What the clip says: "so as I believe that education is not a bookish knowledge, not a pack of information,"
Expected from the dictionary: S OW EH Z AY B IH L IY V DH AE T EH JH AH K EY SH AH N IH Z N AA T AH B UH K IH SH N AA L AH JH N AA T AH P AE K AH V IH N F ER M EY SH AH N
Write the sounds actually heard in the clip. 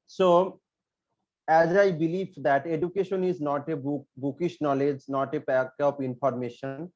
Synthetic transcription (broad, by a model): S OW EH Z AY B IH L IY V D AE T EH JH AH K EY SH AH N IH Z N AA T AH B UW K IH SH N AA L AH JH N AA T AH B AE K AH P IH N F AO M EY SH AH N